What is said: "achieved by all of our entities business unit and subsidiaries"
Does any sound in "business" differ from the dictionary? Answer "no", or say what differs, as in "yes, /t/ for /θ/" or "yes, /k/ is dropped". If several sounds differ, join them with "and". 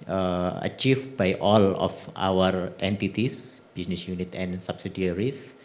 yes, /s/ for /z/